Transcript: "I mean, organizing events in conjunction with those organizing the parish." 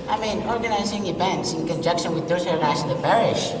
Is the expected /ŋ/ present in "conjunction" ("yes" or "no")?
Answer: no